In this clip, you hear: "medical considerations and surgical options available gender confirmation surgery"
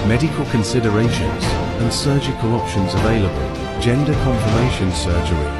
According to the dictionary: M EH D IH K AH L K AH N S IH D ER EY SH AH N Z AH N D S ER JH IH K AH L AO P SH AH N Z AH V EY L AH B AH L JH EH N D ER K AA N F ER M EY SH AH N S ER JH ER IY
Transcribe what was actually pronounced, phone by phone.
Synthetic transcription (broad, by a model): M EH D IH K AH L K AH N S IH D ER EY SH AH N Z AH N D S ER JH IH K AH L AO P SH AH N Z AH V EY L AH B AH L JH EH N D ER K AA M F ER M EY SH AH N S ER JH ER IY